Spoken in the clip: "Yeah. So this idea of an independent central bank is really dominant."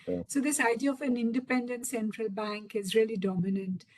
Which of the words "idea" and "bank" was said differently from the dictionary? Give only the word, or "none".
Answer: none